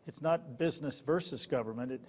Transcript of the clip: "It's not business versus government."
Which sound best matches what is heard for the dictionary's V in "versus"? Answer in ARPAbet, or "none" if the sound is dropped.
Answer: V